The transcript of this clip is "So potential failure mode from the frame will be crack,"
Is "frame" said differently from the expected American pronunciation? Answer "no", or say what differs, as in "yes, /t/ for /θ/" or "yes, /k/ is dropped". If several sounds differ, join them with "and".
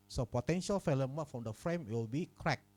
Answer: no